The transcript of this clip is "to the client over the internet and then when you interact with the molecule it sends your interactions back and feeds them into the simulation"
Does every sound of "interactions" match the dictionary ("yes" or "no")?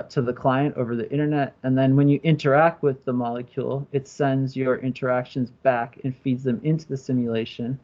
yes